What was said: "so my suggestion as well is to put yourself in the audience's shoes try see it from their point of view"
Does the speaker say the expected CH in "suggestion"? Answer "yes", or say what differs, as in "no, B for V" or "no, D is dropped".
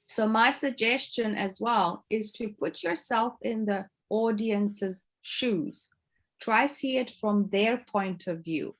yes